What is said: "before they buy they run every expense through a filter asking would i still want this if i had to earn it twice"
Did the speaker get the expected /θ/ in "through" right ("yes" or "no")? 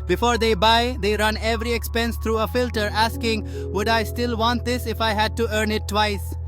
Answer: no